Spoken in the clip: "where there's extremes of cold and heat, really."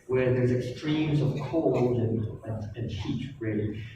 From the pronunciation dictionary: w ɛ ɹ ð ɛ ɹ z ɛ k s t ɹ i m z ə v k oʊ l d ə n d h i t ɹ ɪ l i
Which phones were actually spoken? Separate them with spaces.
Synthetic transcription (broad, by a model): w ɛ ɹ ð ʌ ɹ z ɛ k s t ɹ i m z ə v k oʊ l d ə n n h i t ɹ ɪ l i